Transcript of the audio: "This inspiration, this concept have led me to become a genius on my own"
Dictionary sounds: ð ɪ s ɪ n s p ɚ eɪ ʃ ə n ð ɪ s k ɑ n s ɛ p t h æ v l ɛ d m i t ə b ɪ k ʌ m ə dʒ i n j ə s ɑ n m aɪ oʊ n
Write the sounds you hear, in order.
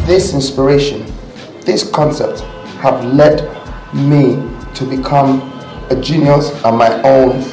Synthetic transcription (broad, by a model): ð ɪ s ɪ n s p ɚ eɪ ʃ ə n ð ɪ s k ɑ n s ɛ p t h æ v l ɛ d m i t ə b ɪ k ʌ m ə dʒ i n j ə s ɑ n m aɪ oʊ n